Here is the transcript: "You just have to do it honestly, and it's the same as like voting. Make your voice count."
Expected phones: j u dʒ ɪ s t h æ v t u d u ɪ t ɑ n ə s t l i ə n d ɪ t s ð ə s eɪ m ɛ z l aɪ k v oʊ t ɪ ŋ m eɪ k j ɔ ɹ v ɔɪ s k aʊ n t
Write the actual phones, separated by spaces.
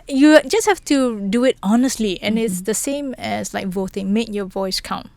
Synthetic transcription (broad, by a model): j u dʒ ɪ s t h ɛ f t u d u ɪ t ɑ n ə s t l i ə n ɪ t s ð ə s eɪ m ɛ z l aɪ k v oʊ t ɪ ŋ m eɪ k j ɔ v ɔɪ s k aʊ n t